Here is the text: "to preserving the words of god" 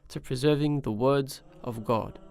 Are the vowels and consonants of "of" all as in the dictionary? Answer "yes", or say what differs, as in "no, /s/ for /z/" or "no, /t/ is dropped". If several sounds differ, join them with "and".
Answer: yes